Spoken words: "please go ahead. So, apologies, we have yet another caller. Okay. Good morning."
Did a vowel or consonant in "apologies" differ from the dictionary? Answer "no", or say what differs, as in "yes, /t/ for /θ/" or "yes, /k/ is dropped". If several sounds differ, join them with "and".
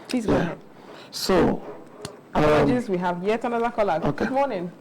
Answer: yes, /p/ is dropped